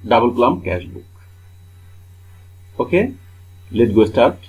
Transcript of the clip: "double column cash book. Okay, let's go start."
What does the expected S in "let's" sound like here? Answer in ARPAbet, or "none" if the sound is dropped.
none